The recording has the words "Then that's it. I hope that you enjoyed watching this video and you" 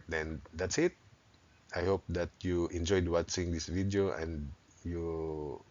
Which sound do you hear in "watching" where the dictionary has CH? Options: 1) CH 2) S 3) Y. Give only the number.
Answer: 2